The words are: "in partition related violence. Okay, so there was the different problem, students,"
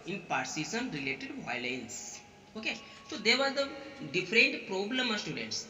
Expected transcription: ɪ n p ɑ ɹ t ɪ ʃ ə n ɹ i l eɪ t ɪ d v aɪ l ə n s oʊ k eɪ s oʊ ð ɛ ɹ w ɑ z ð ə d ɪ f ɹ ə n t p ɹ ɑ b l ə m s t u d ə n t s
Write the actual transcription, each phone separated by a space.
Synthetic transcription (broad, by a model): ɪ n p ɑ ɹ s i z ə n ɹ i l eɪ t ɪ d v aɪ l ə n s oʊ k eɪ s oʊ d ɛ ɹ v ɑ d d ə d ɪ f ɹ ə n t p ɹ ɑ b l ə m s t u d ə n t s